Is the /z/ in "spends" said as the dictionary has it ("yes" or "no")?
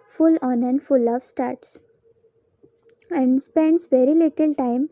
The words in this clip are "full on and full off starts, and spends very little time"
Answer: no